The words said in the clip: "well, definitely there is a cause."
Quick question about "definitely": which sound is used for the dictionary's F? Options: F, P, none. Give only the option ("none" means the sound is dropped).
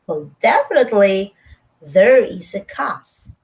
F